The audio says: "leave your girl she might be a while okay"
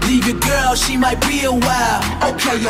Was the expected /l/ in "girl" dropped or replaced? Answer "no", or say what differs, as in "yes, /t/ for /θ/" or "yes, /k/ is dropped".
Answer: no